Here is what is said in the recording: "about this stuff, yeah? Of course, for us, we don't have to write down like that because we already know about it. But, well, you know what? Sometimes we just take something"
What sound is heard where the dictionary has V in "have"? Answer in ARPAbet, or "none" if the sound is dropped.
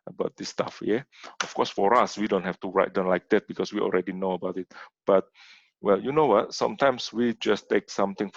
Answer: F